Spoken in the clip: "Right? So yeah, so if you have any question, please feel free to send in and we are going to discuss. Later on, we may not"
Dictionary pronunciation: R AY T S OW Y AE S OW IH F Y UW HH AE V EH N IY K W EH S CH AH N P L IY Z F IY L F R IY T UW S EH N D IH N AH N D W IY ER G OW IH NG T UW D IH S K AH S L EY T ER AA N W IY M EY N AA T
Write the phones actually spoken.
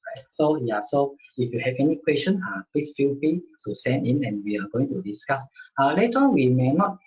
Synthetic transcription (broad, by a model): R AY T S OW Y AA S OW IH F Y UW HH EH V EH N IY K W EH S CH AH N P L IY S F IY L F IY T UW S EH N D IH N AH N W IY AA G OW IH NG T UW D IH S K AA S L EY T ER AA N W IY M EY N AA T